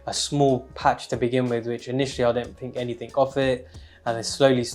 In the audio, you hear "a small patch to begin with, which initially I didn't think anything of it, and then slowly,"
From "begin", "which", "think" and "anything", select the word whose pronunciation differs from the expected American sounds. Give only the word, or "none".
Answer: none